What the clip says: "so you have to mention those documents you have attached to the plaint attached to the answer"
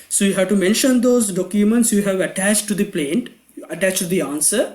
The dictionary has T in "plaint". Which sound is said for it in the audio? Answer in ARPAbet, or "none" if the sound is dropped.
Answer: T